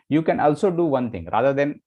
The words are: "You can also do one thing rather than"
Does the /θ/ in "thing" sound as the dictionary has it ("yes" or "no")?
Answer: no